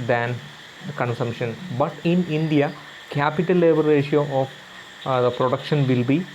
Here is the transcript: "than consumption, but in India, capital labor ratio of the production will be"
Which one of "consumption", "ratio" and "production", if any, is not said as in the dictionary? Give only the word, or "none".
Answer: none